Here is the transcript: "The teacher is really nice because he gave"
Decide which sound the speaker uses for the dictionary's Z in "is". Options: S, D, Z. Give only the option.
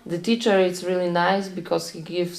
S